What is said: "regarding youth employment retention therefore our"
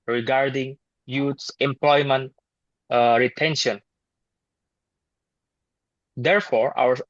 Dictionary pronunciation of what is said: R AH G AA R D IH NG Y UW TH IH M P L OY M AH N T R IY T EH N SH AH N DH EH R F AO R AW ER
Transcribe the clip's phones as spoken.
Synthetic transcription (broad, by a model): R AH G AA R D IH NG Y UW S IH M P L OY M AH N T R IY T EH N SH AH N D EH R F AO R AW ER